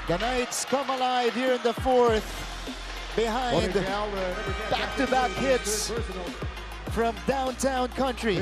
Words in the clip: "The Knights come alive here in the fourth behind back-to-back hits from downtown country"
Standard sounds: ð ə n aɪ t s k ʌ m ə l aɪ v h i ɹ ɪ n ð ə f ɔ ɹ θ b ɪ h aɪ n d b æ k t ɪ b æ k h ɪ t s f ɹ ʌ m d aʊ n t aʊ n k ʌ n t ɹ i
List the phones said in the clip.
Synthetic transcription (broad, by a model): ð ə n aɪ t s k ʌ m ə l aɪ v h i ɹ ɪ n ð ə f ɔ ɹ θ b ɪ h aɪ n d b æ k t ɪ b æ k h ɪ t s f ɹ ʌ m d aʊ n t aʊ n k ʌ n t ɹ i